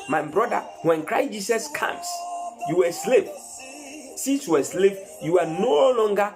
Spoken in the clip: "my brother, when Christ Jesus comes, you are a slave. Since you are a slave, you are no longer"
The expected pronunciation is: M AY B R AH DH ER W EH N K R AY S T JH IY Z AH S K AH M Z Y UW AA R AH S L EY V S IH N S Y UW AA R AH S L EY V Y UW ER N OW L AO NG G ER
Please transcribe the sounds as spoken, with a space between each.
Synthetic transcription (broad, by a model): M AY B R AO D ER W EH N K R AY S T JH IY S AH S K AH M S Y UW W AH S L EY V S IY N S Y UW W AH S L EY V Y UW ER N OW L AO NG G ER